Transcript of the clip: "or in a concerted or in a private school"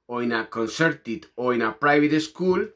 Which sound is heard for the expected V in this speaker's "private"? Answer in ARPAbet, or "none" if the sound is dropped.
B